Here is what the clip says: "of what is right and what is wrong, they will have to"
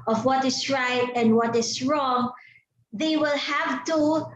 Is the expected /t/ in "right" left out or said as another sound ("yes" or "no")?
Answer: no